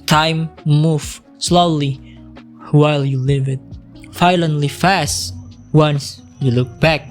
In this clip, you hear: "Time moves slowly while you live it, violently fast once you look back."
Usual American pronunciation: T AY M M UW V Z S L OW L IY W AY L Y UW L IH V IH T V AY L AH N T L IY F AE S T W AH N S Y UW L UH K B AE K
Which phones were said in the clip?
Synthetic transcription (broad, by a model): T AY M M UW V S L OW L IY W AY L Y UW L IH V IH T F AY L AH N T L IY F AE S T W AH N S Y UW L UH K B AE K